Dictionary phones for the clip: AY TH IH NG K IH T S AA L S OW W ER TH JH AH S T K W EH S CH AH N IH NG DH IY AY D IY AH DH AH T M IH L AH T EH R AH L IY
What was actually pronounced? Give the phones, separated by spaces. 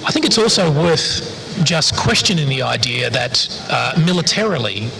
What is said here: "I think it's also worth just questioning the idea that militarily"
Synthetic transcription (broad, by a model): AY TH IH NG K IH T S AA L S OW W ER TH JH AH S K W EH S CH AH N IH NG DH IY AY D IY AH DH AH T M IH L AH T EH R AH L IY